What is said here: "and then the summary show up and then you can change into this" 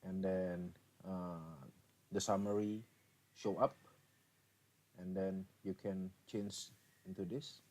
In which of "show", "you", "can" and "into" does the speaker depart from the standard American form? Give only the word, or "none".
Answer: none